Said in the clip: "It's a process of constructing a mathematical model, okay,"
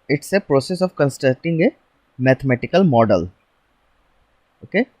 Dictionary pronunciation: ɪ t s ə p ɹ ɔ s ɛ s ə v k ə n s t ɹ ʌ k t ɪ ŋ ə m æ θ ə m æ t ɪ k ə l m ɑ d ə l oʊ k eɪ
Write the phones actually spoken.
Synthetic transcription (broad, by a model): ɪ t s ə p ɹ ɔ s ɛ s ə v k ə n s t ʌ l t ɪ ŋ ə m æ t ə m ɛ t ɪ k ə l m ɑ d ə l oʊ k eɪ